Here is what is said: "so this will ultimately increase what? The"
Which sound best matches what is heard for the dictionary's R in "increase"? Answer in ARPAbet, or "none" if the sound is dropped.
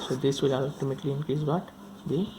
none